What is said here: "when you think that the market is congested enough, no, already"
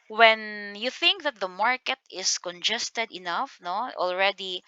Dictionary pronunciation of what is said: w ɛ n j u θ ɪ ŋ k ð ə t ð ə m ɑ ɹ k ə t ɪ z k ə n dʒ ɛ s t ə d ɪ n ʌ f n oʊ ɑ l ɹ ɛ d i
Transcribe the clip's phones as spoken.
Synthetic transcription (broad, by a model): w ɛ n j u θ ɪ ŋ k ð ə t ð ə m ɑ ɹ k ə t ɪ s k ə n dʒ ɛ s t ə d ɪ n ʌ f n oʊ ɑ l ɹ ɛ d i